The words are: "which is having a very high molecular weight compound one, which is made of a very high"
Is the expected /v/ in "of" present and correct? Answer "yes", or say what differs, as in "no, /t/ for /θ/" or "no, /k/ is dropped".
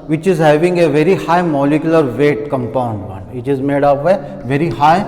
no, /p/ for /v/